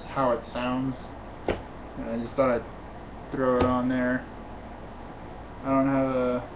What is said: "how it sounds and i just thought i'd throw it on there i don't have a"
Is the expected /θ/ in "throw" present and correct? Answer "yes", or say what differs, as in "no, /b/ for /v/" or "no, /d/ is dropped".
yes